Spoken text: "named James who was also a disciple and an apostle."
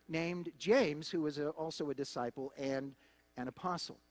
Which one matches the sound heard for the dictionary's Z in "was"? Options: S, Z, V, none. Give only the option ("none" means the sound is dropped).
Z